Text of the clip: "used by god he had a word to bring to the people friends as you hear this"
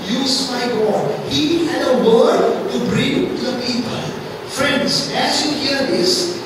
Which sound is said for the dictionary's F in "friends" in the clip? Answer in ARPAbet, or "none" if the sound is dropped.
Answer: F